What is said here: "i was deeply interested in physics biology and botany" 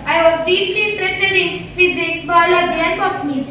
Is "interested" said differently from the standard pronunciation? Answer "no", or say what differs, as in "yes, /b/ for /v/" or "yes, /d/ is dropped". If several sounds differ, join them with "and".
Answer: yes, /s/ is dropped